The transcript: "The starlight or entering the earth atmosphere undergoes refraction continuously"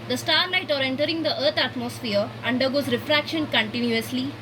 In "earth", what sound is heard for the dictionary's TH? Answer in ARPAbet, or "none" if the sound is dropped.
T